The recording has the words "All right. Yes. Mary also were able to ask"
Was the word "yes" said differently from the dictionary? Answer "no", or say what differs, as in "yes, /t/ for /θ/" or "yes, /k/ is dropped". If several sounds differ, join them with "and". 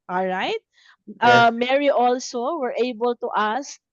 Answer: yes, /s/ is dropped